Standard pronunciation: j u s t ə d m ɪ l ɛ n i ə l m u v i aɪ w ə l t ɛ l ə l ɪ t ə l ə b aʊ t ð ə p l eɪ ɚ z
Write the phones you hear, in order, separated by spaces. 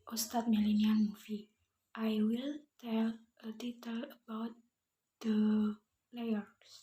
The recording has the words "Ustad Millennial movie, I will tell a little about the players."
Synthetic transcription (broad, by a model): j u s t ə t m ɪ l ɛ n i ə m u f i aɪ w ə l t ɛ l ə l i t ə l ə b aʊ t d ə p l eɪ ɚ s